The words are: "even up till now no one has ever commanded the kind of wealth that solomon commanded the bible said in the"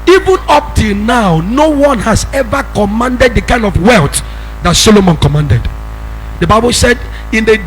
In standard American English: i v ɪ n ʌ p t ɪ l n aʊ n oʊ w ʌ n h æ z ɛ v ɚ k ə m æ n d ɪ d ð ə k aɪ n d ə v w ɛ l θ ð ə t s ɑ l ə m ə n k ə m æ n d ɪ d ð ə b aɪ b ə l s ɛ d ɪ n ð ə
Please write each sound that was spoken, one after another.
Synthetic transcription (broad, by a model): i v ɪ n ʌ p t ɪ l n aʊ n oʊ w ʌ n h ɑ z ɛ v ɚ k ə m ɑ n d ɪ d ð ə k aɪ n d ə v w ɛ l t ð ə t s ɑ l ə m ə n k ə m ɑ n d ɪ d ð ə b aɪ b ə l s ɛ d ɪ n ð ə